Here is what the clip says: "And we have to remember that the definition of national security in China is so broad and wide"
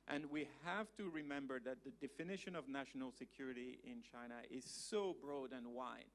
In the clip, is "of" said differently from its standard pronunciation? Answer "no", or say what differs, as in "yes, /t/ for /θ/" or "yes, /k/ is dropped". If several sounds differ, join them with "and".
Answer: no